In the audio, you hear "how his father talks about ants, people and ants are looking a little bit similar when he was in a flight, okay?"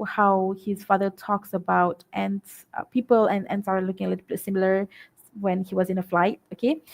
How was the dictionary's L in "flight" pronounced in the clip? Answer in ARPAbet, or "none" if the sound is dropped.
L